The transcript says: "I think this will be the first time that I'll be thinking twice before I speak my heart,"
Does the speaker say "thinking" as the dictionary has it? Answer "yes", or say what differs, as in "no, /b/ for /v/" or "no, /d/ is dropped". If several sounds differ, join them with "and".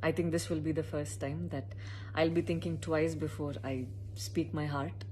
no, /t/ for /θ/